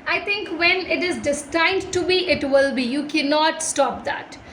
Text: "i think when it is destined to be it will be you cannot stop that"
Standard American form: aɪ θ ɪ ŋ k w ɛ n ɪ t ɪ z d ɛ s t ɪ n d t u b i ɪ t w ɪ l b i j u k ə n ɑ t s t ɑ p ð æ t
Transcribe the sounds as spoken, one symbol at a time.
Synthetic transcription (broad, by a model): aɪ t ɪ ŋ k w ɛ n ɪ t ɪ z d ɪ s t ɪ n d t u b i ɪ t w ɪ l b i j u k ə n ɑ t s t ɑ p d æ t